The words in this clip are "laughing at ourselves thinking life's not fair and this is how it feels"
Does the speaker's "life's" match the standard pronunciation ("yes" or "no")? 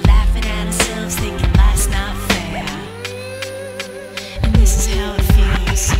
no